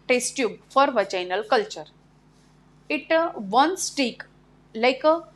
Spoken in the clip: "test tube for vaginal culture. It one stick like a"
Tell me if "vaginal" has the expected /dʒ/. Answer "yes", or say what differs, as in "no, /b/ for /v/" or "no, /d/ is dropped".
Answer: no, /tʃ/ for /dʒ/